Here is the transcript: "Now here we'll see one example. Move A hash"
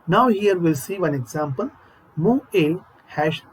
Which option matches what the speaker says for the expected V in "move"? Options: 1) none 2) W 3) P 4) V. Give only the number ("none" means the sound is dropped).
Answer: 1